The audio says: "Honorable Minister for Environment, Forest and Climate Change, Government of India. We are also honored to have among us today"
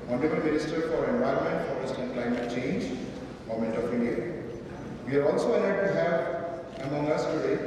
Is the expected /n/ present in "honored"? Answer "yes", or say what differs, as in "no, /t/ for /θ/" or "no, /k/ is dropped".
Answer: no, /l/ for /n/